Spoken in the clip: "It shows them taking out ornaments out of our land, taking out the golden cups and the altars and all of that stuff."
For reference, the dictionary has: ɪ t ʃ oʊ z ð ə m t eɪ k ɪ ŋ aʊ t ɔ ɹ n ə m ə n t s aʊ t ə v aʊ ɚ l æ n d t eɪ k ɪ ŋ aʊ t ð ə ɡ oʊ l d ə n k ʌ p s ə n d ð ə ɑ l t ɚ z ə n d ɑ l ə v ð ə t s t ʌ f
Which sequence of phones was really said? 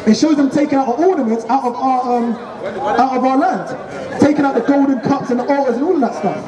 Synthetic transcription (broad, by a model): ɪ t ʃ oʊ z ð ə m t eɪ k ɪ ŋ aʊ t ɔ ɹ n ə m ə n t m aʊ t ə v aʊ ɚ l æ n d t eɪ k ɪ ŋ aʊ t ð ə ɡ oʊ l d n k ʌ p s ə n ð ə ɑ t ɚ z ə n ɑ l ə v ð ə t s t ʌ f